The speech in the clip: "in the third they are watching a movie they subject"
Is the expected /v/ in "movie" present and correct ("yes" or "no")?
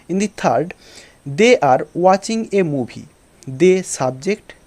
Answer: no